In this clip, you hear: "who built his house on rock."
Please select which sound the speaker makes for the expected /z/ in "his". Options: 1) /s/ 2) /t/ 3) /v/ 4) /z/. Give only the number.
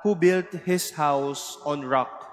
1